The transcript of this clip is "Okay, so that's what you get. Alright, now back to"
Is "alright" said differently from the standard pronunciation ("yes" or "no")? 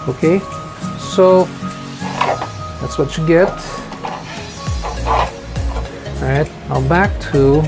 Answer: yes